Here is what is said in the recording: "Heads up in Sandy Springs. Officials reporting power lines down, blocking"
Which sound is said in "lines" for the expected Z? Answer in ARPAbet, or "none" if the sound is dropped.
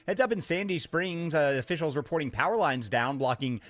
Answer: Z